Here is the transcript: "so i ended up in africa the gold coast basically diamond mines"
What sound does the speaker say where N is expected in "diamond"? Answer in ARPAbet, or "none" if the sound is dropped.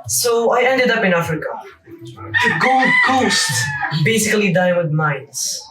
none